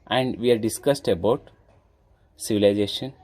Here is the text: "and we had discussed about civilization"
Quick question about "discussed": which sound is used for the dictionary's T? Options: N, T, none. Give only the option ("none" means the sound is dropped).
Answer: T